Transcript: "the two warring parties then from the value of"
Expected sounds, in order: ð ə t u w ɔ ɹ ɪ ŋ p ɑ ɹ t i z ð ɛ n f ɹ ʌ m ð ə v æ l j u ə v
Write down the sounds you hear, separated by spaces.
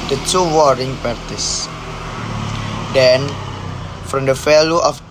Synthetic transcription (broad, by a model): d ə t u w ɔ ɹ ɪ ŋ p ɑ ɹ t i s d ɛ n f ɹ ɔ m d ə f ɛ l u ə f